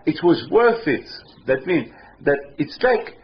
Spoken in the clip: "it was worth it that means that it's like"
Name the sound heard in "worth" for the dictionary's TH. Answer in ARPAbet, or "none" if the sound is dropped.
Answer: TH